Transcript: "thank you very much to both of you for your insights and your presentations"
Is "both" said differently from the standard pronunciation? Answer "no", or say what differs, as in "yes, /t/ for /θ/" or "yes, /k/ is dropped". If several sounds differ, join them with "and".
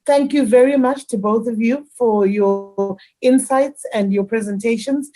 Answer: no